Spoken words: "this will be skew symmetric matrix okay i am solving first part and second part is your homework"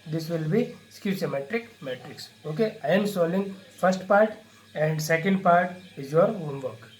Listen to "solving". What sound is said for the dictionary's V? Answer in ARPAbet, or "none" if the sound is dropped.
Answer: none